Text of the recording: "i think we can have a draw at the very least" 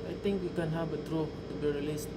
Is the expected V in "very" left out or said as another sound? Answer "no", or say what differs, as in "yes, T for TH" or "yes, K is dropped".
yes, B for V